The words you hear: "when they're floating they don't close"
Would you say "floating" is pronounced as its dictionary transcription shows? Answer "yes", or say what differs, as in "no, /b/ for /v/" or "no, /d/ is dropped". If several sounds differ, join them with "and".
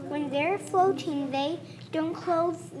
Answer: no, /l/ is dropped